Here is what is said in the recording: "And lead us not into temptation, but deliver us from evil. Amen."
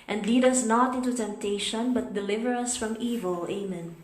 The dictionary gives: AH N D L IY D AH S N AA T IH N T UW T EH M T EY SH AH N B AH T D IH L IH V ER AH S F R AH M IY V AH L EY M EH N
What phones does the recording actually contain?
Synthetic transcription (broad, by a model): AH N D L IY D AH S N AA T IH N T UW T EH M T EY SH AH N B AH T D IH L IH V ER AH S F R AH M IY V AH L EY M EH N